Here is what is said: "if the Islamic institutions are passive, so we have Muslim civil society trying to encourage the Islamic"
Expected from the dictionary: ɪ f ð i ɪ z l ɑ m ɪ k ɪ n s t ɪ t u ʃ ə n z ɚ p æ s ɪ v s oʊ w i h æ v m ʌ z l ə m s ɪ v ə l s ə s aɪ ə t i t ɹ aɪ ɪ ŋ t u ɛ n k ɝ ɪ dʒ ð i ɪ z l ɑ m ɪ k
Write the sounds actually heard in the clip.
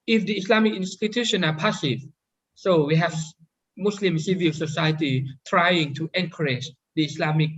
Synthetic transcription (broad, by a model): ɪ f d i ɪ s l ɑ m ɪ k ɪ n s t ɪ t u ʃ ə n ɑ p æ s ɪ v s oʊ w i h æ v m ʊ s l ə m s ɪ v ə l s ə s aɪ ə t i t ɹ aɪ ɪ ŋ t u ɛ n k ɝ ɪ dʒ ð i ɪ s l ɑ m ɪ k